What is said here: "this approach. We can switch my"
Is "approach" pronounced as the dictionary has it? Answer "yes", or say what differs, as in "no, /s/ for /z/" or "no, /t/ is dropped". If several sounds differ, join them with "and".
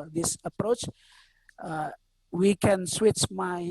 yes